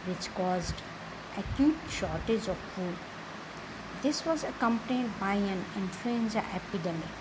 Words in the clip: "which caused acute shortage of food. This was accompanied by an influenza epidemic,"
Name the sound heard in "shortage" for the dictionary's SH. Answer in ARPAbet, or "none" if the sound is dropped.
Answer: SH